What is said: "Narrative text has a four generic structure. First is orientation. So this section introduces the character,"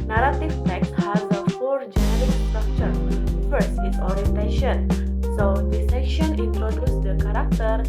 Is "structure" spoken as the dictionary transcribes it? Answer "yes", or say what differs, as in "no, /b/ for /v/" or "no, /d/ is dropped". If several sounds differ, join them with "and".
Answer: yes